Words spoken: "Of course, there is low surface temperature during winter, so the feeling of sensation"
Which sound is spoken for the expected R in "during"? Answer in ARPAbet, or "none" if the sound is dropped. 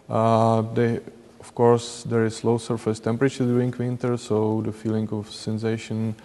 none